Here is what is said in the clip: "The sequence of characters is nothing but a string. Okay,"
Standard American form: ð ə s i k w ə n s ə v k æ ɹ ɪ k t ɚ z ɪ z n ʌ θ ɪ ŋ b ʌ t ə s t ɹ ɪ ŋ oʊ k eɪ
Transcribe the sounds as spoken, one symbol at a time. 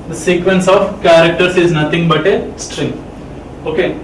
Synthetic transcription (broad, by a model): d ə s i k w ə n s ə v k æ ɹ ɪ k t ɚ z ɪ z n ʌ t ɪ ŋ b ʌ t ə s t ɹ ɪ ŋ oʊ k eɪ